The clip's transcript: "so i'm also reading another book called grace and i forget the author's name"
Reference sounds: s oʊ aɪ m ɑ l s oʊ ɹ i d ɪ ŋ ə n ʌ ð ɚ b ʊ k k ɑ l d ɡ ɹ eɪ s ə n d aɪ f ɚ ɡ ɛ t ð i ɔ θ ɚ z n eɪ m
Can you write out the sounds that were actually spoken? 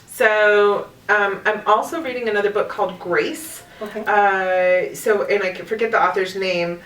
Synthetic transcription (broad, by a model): s oʊ aɪ m ɑ l s oʊ ɹ i d ɪ ŋ ə n ʌ ð ɚ b ʊ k k ɑ l d ɡ ɹ eɪ s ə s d aɪ f ɚ ɡ ɛ t ð i ɔ θ ɚ z n eɪ m